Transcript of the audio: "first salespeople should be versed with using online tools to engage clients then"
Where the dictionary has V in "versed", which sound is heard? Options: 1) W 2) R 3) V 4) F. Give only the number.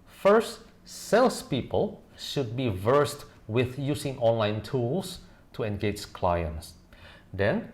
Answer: 3